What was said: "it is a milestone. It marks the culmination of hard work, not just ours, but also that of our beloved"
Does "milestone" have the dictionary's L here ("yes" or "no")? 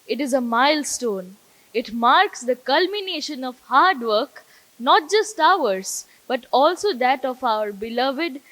yes